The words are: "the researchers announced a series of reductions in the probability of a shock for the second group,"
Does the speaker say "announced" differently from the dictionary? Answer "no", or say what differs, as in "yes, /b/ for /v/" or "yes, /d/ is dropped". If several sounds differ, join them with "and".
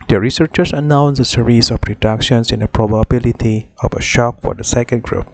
yes, /t/ is dropped